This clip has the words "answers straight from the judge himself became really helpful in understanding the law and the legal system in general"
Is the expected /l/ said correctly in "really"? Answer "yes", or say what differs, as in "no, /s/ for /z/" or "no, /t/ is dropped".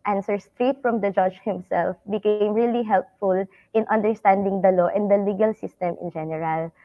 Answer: yes